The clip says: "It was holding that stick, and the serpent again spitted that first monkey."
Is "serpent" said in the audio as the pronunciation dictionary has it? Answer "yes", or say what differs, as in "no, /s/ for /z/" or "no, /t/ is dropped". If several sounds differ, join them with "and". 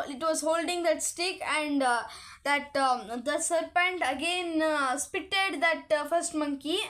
yes